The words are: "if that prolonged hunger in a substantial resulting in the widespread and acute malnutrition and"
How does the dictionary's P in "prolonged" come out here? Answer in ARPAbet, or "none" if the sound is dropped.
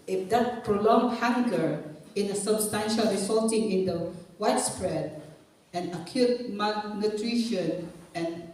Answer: P